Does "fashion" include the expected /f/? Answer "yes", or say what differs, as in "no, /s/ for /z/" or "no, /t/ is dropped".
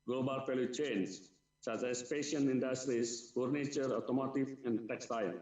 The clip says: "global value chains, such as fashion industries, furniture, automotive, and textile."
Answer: no, /p/ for /f/